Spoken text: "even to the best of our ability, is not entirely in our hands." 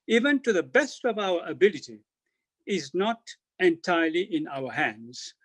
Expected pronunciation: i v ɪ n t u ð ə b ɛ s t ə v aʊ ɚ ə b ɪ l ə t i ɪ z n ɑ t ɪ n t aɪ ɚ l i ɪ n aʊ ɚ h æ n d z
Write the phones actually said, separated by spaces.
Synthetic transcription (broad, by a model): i v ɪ n t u ð ə b ɛ s t ə v aʊ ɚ ə b ɪ l ə t i ɪ z n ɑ t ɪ n t aɪ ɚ l i ɪ n aʊ ɚ h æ n d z